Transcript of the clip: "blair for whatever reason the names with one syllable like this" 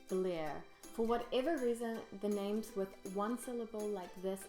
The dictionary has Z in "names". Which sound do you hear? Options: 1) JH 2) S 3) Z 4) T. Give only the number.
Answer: 3